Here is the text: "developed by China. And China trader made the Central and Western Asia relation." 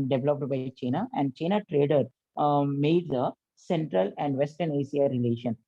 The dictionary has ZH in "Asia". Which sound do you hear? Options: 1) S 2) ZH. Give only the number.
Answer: 1